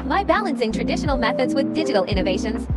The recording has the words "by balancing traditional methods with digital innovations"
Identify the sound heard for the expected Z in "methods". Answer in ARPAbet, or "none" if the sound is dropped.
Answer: Z